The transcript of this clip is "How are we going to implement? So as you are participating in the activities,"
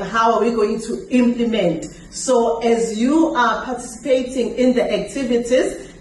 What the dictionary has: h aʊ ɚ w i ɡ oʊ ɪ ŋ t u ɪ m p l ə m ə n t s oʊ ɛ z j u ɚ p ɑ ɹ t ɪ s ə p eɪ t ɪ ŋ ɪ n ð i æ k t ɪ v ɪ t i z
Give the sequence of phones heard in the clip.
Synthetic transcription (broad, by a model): h aʊ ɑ w i ɡ oʊ ɪ ŋ t u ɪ m p l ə m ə n t s oʊ ɛ z j u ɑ p ɑ t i s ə p eɪ t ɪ ŋ ɪ n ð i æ k t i v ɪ t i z